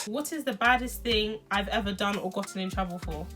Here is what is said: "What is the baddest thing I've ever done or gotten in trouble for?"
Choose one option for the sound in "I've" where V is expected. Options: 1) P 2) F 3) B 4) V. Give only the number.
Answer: 4